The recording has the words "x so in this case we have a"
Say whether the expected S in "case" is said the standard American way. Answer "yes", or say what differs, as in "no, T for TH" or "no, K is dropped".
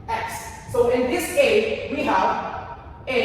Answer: no, S is dropped